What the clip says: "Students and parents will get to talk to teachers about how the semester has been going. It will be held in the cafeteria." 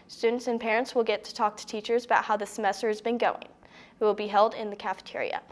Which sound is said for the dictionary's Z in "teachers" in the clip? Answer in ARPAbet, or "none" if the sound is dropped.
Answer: Z